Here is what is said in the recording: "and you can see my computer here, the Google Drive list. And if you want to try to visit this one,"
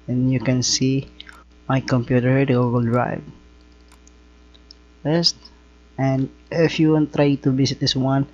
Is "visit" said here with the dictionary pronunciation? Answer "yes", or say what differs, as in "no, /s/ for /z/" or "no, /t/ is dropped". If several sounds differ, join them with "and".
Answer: no, /s/ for /z/